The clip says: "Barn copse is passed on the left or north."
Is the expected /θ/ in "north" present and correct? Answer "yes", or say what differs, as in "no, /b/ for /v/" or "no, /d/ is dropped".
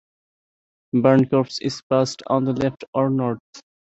no, /t/ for /θ/